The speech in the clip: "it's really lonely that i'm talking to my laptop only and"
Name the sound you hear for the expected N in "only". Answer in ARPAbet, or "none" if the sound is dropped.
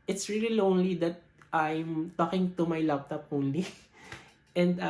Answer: none